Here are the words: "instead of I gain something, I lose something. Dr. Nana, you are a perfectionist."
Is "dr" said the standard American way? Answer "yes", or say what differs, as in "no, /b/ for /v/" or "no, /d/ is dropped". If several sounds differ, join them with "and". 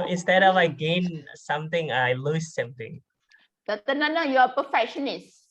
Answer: no, /k/ is dropped